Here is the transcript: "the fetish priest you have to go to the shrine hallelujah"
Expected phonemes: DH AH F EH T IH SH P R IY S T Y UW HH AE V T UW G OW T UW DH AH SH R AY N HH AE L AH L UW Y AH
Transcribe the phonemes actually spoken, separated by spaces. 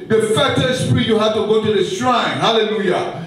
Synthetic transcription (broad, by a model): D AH F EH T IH S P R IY T Y UW HH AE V T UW G OW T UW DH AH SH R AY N HH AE L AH L UW Y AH